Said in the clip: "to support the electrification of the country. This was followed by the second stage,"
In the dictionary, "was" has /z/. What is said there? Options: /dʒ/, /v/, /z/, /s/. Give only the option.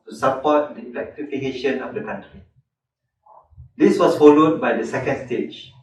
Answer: /s/